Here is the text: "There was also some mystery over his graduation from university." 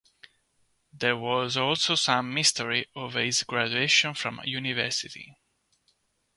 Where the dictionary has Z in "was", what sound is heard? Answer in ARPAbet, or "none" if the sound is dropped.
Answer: Z